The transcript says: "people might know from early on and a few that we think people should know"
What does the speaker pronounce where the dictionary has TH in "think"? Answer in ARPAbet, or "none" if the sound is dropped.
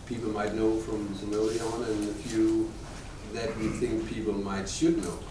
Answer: TH